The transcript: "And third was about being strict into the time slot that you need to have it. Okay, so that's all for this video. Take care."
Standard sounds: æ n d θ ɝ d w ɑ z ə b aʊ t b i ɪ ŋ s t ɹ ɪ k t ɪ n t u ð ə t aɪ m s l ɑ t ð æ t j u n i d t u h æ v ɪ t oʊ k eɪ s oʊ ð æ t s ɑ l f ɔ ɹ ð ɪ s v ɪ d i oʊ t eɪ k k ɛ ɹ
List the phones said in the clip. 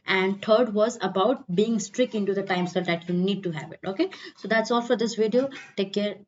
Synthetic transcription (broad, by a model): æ n d t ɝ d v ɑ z ə b aʊ t b i ɪ ŋ s t ɹ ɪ k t ɪ n t u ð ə t aɪ m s ɑ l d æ t j u n i d t u h æ v ɪ t oʊ k eɪ s oʊ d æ t s ɑ l f ɔ ɹ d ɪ s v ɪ d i oʊ t eɪ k k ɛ ɹ